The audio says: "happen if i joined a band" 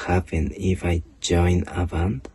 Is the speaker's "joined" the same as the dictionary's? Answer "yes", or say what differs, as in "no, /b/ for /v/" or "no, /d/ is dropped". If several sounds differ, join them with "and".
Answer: no, /d/ is dropped